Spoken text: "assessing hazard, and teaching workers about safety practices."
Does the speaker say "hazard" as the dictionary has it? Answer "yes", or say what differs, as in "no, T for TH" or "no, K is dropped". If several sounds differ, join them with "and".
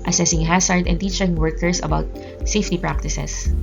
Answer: no, S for Z